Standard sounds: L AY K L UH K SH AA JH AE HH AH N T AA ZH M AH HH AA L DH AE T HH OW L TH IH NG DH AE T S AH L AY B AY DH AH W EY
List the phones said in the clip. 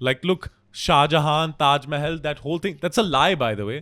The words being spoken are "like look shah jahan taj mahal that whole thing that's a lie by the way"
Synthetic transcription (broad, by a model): L AY K L UH K SH AA JH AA HH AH N T AA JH M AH HH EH L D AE T HH OW L T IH NG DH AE T S AH L AY B AY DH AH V EY